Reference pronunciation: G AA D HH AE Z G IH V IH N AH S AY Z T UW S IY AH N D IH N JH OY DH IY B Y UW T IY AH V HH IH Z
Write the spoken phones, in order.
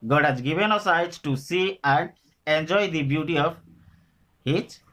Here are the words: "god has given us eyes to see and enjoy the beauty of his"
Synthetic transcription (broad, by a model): G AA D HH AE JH G IH V IH N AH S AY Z T UW S IY AH N D IH N JH OY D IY B Y UW T IY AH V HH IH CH